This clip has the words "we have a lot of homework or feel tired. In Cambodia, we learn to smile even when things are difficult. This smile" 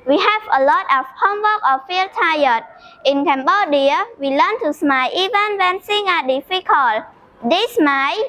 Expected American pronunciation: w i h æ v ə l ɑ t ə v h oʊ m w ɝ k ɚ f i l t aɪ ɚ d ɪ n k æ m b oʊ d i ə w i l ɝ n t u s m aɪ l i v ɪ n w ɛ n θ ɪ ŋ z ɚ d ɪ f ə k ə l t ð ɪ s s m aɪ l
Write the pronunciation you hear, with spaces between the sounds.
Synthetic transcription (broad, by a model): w i h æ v ə l ɑ t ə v h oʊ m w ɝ k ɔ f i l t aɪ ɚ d ɪ n k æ m b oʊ d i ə w i l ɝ n t u s m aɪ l i v ɪ n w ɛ n s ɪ ŋ ɚ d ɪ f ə k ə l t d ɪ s s m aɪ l